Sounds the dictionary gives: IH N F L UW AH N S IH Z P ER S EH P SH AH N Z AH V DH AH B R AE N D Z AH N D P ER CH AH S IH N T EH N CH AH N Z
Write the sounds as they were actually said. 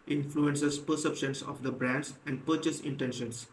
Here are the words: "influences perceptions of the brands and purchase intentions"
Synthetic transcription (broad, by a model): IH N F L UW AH N S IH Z P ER S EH P SH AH N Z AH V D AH B R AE N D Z AH N D P ER CH AH S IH N T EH N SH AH N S